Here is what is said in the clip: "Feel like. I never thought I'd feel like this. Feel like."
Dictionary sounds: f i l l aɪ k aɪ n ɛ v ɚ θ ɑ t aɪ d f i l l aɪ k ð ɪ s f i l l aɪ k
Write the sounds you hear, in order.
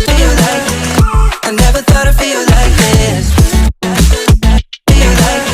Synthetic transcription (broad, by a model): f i l l aɪ k aɪ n ɛ v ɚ θ ɑ t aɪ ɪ f i l l aɪ k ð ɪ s f i l l aɪ k